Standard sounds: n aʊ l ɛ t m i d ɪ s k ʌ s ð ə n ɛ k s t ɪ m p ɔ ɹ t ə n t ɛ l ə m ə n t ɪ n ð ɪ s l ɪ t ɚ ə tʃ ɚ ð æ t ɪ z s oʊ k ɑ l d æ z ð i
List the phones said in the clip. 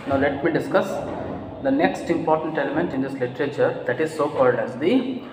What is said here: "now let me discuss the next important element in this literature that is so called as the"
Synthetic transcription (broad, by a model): n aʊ l ɛ t m i d ɪ s k ʌ s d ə n ɛ k s t ɪ m p ɔ ɹ t ə n t ɛ l ə m ə n t ɪ n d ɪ s l ɪ t ɚ ə tʃ ɚ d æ t ɪ z s oʊ k ɑ l d æ z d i